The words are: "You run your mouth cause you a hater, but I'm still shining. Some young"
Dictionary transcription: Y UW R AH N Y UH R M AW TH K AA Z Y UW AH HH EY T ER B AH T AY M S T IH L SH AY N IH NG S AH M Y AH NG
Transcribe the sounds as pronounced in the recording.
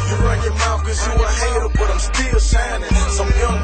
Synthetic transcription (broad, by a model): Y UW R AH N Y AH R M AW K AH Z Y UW AH HH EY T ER B AH T AY M S T IH L S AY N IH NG S AH M Y AH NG